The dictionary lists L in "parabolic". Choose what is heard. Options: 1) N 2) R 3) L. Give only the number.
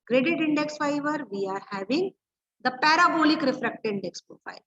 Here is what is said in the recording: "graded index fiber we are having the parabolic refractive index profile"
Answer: 3